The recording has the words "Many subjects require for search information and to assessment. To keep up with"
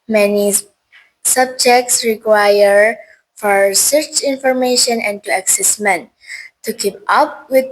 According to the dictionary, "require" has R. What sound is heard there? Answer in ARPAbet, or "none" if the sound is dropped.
R